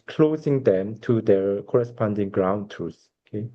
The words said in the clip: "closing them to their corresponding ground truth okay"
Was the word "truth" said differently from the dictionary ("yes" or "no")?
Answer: yes